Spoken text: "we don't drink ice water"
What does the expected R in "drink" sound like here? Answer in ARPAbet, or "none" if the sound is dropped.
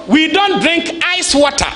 R